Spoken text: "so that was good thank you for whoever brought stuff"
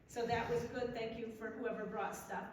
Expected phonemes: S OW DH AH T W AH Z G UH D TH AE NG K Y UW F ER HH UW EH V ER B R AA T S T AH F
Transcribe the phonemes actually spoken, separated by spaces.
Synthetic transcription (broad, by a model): S OW DH AH T W AH Z G UH D TH AE NG K Y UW F ER HH UW EH V ER B R AA T S T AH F